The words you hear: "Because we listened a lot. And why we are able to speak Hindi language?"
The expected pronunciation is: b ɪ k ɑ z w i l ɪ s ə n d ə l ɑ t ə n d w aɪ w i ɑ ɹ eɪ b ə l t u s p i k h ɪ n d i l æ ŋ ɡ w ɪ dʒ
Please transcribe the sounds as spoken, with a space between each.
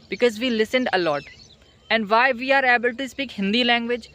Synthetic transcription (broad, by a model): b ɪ k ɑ z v i l ɪ s ə n d ə l ɑ t ə n d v aɪ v i ɑ ɹ eɪ b ə l t u s p i k h ɪ n d i l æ ŋ ɡ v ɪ dʒ